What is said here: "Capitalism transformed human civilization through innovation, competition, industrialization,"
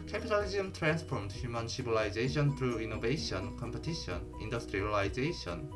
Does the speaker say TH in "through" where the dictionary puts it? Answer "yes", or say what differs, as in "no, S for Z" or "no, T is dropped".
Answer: no, T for TH